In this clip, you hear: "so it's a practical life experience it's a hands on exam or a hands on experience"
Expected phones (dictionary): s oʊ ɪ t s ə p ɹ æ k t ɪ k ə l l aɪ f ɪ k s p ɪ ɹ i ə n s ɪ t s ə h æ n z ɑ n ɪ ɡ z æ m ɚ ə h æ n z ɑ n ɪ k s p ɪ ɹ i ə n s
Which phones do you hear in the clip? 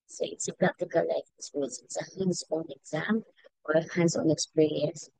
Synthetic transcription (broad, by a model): s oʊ ɪ t s ə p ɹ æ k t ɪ k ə l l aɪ ɪ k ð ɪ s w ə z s ɪ t s ə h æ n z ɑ n ɪ ɡ z æ m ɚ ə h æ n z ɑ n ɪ k s p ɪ ɹ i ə n s